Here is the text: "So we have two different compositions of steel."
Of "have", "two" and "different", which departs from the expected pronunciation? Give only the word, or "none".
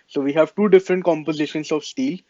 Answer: none